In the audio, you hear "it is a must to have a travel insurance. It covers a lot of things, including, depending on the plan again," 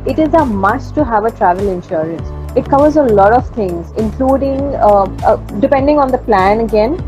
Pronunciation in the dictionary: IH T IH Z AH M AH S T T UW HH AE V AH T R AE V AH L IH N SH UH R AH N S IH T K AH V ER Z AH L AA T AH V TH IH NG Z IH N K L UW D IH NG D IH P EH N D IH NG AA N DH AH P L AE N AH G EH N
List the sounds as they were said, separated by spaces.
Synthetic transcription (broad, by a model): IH T IH Z AH M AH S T T UW HH AE V AH T R AE V AH L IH N SH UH R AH N S IH T K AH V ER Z AH L AA T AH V T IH NG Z IH N K L UW D IH NG D IH P EH N D IH NG AA N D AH P L AE N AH G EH N